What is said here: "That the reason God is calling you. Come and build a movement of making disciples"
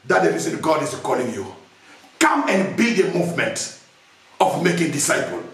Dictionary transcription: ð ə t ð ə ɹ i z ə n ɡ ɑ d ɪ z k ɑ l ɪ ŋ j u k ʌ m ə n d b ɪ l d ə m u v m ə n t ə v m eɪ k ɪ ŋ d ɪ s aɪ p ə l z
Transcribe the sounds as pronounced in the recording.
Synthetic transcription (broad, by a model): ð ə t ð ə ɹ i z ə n ɡ ɑ d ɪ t k ɑ l ɪ ŋ j u k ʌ m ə n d b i d ə m u v m ə n t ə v m eɪ k ɪ ŋ d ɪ s aɪ p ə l